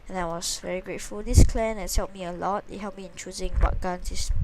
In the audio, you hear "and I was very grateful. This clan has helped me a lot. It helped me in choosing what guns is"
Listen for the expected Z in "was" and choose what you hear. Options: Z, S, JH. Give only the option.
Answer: S